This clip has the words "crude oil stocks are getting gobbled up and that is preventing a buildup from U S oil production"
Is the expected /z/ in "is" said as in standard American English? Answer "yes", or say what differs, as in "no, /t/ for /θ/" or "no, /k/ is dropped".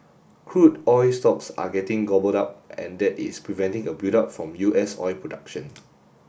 no, /s/ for /z/